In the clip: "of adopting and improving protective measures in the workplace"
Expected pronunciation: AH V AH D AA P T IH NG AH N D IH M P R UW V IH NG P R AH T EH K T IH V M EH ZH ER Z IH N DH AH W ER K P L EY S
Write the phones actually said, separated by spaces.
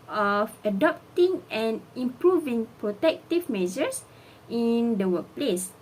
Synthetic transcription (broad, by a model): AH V AH D AA P T IH NG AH N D IH M P R UW V IH NG P R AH T EH K T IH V M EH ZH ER S IH N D AH W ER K P L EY S